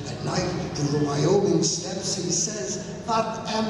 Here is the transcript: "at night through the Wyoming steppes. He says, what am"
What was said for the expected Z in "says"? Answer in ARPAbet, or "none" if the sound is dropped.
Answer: Z